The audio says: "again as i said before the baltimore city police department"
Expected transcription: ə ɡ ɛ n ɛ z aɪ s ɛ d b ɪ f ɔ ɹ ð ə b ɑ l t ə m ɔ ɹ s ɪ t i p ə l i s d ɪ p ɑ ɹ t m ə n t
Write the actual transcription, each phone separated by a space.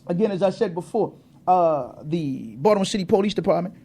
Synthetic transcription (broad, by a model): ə ɡ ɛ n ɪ z aɪ s ɛ d b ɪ f ɔ ɹ ð ə b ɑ t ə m s ɪ t i p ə l i s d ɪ p ɑ ɹ t m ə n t